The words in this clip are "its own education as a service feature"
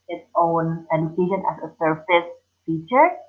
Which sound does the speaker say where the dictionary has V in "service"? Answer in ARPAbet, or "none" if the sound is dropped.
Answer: F